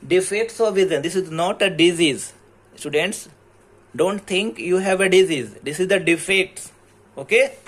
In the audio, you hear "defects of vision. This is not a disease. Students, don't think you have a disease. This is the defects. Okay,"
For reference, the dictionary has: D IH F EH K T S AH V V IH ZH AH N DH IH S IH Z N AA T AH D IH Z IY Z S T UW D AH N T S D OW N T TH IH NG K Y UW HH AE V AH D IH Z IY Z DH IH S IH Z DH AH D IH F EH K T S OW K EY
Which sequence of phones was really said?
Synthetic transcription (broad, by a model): D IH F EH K T S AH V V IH Z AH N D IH S IH Z N AA T AH D IH Z IY Z S T UW D AH N T S D OW N T T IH NG K Y UW HH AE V AH D IH Z IY Z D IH S IH Z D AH D IH F EH K T S OW K EY